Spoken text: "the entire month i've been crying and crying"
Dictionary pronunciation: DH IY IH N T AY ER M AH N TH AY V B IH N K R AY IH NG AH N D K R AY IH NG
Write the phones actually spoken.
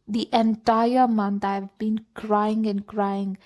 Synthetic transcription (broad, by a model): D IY IH N T AY ER M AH N T AY V B IH N K R AY IH NG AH N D K R AY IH NG